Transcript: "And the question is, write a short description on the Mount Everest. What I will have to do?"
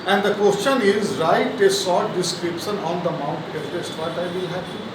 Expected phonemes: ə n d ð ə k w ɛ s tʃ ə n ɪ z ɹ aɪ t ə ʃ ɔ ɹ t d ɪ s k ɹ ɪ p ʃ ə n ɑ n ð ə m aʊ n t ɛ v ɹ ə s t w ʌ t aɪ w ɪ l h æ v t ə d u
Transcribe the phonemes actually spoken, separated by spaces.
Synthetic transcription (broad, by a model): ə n d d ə k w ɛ s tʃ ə n ɪ z ɹ aɪ t ə s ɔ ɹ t d ɪ s k ɹ ɪ p ʃ ə n ɑ n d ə m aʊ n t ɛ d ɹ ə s t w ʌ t aɪ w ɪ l h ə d